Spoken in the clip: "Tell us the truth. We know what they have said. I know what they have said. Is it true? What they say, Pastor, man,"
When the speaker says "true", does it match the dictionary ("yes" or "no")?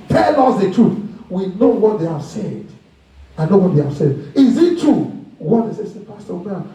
no